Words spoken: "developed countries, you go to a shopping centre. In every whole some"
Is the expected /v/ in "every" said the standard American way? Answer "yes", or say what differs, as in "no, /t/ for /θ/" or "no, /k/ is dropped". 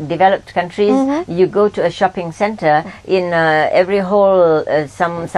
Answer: yes